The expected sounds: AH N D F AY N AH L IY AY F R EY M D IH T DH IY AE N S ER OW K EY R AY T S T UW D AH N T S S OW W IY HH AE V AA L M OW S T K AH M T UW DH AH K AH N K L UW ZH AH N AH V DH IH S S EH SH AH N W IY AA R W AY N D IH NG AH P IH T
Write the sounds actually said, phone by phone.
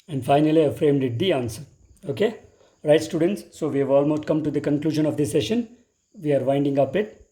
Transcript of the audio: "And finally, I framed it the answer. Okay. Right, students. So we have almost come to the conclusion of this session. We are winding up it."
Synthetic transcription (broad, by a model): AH N D F AY N AH L IY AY F R EY M D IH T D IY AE N S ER OW K EY R AY T S T UW D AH N T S S OW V IY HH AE V AA L M OW S T K AH M T UW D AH K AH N K L UW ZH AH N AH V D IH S S EH SH AH N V IY AA R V AY N D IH NG AH P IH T